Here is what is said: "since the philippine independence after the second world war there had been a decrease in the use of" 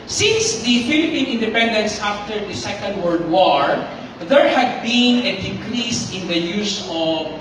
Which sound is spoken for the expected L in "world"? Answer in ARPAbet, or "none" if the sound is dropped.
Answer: none